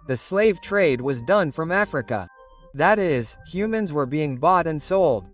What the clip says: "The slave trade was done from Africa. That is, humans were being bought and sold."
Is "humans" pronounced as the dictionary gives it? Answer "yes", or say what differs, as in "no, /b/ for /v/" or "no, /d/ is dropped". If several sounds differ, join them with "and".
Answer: yes